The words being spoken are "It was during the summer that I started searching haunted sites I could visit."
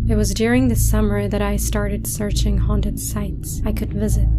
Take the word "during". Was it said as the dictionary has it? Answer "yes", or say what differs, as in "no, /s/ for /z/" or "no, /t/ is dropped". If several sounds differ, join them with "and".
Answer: yes